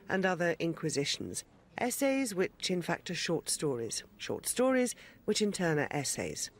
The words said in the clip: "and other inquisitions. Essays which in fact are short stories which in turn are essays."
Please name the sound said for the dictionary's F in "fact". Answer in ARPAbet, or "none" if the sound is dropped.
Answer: F